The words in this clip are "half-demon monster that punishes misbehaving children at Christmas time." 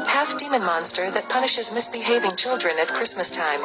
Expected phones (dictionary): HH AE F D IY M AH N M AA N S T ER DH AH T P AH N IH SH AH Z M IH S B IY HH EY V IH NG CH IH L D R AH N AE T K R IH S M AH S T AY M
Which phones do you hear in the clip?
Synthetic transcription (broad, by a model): HH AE F D IY M AH N M AA N S T ER DH AH T P AH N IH SH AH Z M IH S B IY HH EY V IH NG CH IH L D R AH N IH T K R IH S M AH S T AY M